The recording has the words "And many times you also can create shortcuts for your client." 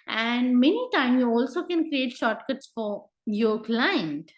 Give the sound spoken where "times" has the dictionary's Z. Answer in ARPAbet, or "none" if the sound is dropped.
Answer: none